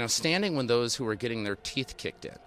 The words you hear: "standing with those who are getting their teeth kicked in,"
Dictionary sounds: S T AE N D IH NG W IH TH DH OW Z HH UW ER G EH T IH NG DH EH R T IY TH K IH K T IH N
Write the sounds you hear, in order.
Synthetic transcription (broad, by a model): S T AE N D IH NG W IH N DH OW Z HH UW ER G EH T IH NG DH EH R T IY TH K IH K T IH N